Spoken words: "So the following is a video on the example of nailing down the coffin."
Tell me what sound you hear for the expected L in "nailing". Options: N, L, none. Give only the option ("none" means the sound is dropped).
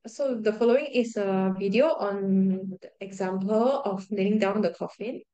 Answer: N